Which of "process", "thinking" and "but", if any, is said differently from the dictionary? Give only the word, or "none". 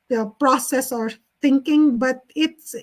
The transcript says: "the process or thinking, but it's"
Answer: thinking